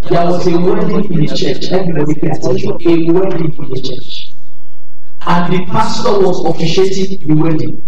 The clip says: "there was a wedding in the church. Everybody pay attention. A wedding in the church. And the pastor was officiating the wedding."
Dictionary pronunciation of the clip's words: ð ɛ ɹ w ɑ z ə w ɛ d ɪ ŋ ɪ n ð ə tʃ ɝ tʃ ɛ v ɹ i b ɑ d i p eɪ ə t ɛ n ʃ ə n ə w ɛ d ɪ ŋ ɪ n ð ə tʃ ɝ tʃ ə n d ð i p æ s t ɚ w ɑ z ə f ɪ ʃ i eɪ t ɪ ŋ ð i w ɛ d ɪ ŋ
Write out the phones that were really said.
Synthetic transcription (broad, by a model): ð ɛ w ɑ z ə w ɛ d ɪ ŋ ɪ n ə tʃ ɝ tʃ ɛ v i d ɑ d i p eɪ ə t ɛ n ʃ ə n ə w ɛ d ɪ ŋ ɪ n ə tʃ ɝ tʃ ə n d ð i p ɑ s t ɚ w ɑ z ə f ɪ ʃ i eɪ t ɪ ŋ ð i w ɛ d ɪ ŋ